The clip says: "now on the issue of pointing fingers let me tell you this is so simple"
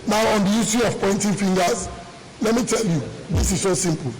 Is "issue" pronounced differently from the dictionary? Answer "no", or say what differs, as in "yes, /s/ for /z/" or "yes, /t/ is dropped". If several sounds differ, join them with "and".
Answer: yes, /s/ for /ʃ/